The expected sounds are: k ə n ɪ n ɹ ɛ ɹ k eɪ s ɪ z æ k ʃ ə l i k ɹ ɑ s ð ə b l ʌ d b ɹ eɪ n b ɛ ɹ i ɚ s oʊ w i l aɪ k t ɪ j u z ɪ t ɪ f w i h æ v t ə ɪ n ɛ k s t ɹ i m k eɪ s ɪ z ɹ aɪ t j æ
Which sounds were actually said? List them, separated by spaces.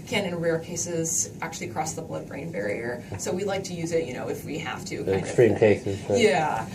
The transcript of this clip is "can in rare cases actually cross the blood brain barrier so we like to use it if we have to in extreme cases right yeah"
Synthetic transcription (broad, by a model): k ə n ɪ n ɹ ɛ ɹ k eɪ s ɪ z æ k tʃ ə l i k ɹ ɑ s ð ə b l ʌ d b ɹ eɪ n b ɛ ɹ i ɚ s oʊ w i l aɪ k t ɪ j u z ɪ t ɪ f w i h æ f t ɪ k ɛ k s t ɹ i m k eɪ s ɪ z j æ